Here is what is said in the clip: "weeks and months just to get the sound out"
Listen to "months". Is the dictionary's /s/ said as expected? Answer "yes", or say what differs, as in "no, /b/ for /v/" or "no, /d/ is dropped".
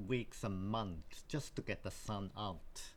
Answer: no, /s/ is dropped